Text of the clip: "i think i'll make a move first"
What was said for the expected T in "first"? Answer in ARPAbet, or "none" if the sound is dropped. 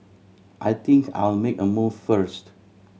T